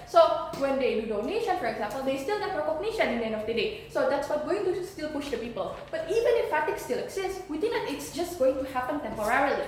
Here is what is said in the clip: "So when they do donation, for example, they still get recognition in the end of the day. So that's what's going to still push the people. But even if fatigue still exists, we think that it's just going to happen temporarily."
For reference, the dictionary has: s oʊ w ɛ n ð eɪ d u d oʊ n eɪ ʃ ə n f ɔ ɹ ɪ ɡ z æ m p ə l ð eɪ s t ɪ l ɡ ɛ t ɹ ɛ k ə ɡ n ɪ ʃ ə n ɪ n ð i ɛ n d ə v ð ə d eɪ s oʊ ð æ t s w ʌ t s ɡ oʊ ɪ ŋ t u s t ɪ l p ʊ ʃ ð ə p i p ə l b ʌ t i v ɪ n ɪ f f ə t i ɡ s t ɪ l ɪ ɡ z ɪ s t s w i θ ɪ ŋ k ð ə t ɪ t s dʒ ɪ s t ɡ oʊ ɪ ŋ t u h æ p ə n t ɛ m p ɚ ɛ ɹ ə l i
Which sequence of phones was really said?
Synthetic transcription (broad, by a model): s oʊ w ɛ n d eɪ d u d oʊ n eɪ ʃ ə n f ɔ ɹ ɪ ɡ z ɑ m p ə l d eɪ s t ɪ l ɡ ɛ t ɹ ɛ k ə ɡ n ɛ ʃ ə n ɪ n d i ɛ n d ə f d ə d eɪ s oʊ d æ t s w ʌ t ɡ oʊ ɪ ŋ t u s t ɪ l p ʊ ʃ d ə p i p ə l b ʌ t i v ɪ n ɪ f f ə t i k s t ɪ l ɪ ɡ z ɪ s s w i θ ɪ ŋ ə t ɪ t s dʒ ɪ s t ɡ oʊ ɪ ŋ t u h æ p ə n t ɛ m p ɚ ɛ ɹ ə l i